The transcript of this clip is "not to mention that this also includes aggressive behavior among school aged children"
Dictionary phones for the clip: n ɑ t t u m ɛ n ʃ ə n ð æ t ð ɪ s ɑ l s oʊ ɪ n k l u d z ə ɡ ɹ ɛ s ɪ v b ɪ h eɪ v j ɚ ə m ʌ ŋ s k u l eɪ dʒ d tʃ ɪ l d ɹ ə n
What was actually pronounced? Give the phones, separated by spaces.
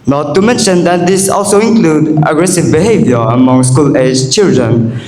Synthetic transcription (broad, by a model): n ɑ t t u m ɛ n ʃ ə n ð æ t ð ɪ s ɑ l s oʊ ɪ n k l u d ə ɡ ɹ ɛ s ɪ v b ɪ h eɪ v j ɚ ə m ʌ ŋ s k u l eɪ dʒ tʃ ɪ l d ɹ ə n